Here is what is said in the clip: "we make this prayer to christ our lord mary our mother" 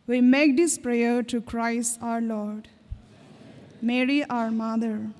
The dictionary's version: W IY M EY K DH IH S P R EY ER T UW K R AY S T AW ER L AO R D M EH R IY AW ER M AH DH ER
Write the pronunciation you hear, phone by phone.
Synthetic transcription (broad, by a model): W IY M EY K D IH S P R EY ER T UW K R AY S T AW ER L AO R D M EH R IY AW ER M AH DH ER